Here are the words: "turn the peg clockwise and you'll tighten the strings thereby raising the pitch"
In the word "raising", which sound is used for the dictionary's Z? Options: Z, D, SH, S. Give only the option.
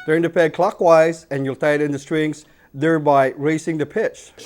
S